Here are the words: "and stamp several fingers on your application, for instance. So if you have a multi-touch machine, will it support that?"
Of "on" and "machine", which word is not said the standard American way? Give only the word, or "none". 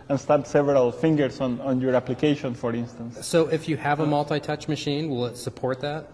none